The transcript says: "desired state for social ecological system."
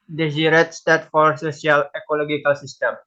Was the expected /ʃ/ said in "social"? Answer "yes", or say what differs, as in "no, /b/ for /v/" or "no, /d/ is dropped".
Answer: no, /s/ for /ʃ/